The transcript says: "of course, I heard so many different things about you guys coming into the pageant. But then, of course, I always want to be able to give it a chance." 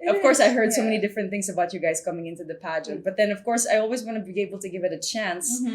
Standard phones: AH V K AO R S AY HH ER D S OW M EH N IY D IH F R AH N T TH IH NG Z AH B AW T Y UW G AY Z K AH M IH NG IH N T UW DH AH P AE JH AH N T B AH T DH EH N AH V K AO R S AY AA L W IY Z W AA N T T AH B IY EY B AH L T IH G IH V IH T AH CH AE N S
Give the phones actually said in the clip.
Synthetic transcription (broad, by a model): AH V K AO R S AY HH ER D S OW M EH N IY D IH F R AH N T TH IH NG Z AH B AW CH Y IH G AY Z K AH M IH NG IH N T UW DH AH P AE JH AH N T B AH T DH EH N AH V K AO R S AY AA L W IY Z W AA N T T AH B IY EY B L T IH G IH V IH T AH CH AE N S